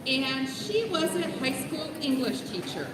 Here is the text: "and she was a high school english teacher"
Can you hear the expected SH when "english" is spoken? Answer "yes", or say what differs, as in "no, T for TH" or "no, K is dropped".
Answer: yes